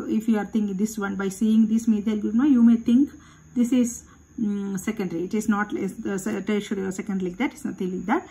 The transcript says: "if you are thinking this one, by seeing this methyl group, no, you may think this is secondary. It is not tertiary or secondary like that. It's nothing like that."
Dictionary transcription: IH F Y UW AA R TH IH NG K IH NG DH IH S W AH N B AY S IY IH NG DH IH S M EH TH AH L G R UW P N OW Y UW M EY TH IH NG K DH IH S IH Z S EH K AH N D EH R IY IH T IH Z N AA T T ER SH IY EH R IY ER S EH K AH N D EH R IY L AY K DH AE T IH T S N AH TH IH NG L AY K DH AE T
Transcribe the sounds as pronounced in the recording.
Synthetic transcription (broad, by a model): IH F Y UW AA R T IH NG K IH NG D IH S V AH N B AY S IY IH NG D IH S M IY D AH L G UW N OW Y UW M EY T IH NG K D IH S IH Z S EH K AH N D R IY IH T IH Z N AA T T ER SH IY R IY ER S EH K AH N D L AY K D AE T IH T S N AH T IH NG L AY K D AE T